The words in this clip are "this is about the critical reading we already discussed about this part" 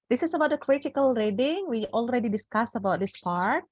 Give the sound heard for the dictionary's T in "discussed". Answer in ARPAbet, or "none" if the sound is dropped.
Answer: none